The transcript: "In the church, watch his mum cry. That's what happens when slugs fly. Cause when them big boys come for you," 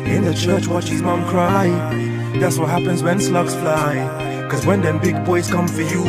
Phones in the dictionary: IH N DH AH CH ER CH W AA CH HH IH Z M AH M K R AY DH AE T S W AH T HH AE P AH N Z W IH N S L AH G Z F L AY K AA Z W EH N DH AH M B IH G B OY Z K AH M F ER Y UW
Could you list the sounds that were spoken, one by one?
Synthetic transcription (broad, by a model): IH N DH AH CH ER CH W AA CH HH IH Z M AH M K R AY DH AE T S W AH T HH AE P AH N Z W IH N S L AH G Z F L AY K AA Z W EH N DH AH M B IH G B OY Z K AH M F ER Y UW